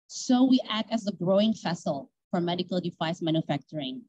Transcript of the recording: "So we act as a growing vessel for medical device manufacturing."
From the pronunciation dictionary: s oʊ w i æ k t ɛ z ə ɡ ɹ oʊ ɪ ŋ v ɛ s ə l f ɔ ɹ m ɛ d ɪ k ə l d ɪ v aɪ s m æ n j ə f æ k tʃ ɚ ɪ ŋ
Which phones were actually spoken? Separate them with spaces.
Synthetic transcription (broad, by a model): s oʊ w i æ k t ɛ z ə ɡ ɹ oʊ ɪ ŋ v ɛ s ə l f ɔ ɹ m ɛ d ɪ k ə l d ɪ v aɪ s m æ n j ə f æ k tʃ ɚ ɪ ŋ